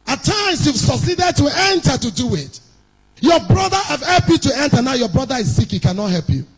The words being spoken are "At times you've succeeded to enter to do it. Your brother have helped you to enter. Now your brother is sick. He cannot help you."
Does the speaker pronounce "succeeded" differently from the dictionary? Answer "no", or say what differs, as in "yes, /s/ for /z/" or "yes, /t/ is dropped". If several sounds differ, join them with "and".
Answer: yes, /k/ is dropped